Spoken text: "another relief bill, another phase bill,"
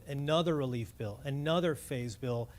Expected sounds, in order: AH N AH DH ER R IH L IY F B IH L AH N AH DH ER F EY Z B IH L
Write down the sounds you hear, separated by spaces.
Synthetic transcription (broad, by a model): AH N AH DH ER R IH L IY F B IH L AH N AH DH ER F EY Z B IH L